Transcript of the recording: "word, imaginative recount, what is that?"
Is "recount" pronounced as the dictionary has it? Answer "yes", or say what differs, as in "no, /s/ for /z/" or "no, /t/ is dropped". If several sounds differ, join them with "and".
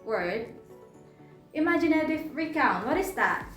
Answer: yes